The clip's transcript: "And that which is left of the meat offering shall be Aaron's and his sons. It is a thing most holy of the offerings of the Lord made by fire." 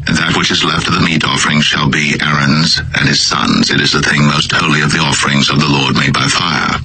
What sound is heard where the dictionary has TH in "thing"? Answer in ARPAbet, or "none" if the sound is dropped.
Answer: TH